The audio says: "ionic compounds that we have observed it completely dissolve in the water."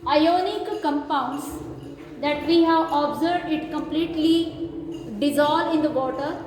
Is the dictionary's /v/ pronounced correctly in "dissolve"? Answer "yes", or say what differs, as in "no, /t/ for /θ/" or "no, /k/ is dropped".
no, /v/ is dropped